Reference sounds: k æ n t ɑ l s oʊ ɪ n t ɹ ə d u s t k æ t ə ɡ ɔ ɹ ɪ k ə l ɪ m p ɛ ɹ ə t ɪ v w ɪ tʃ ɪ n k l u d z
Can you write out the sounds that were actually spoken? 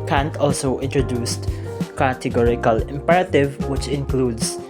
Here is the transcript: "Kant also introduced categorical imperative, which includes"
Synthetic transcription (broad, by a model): k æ n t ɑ l s oʊ ɪ n t ɹ ə d u s t k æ t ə ɡ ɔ ɹ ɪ k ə l ɪ m p ɛ ɹ ə t ɪ v w ɪ tʃ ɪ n k l u d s